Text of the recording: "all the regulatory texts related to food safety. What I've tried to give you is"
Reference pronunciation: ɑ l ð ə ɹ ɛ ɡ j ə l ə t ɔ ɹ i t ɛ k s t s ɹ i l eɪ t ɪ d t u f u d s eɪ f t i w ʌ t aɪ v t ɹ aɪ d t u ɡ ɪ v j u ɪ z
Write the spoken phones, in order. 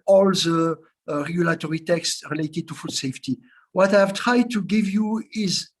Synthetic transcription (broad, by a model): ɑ l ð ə ɹ ɛ ɡ j ə l ə t ɔ ɹ i t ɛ k s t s ɹ i l eɪ t ɪ d t u f u d s eɪ f t i w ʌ t aɪ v t ɹ aɪ d t u ɡ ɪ v j u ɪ z